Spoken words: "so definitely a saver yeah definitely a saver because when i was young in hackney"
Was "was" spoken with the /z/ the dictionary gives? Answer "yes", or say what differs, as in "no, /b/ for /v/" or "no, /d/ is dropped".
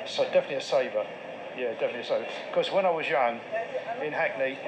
yes